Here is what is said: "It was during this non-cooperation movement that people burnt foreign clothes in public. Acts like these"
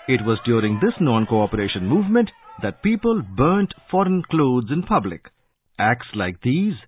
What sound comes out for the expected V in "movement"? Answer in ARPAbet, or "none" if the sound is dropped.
V